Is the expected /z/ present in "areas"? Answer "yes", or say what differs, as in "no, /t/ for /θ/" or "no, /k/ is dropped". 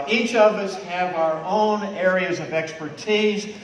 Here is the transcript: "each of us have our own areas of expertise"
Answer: yes